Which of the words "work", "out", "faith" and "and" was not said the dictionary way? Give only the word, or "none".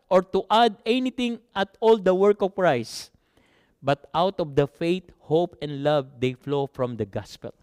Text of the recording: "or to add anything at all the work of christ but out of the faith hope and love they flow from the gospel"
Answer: faith